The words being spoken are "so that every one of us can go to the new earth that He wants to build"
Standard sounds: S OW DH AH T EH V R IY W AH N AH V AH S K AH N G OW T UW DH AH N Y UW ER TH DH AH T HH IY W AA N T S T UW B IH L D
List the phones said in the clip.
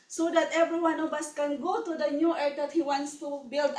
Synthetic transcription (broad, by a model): S OW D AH T EH V R IY W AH N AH B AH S K AH N G OW T UW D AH N Y UW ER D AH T HH IY W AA N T S T UW B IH L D